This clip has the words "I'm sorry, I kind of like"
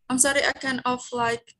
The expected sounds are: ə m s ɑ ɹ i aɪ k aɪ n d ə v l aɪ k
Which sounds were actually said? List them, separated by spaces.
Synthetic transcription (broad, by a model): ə m s ɑ ɹ i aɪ k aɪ n ə f l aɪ k